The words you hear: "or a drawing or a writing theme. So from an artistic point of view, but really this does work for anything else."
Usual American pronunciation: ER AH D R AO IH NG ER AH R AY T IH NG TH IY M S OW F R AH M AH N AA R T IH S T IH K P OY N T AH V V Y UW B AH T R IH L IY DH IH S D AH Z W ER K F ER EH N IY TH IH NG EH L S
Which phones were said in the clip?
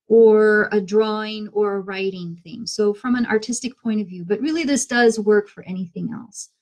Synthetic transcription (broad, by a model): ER AH D R AO IH NG ER AH R AY T IH NG TH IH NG S OW F R AH M AH N AA R T IH S T IH K P OY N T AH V V Y UW B AH T R IH L IY DH IH S D AH Z W ER K F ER EH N IY TH IH NG EH L S